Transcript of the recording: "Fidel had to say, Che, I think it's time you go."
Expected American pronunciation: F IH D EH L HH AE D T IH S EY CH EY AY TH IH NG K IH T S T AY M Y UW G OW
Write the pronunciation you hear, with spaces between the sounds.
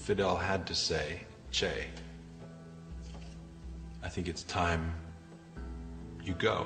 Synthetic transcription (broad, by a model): F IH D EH L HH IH D T IH S EY CH EY AY TH IH NG K IH T S T AY M Y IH G OW